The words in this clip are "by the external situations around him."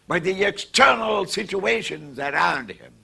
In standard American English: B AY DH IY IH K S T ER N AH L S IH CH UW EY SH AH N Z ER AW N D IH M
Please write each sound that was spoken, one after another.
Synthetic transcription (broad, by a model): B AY DH IY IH K S T ER N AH L S IH CH UW EY SH AH N Z ER AW N D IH M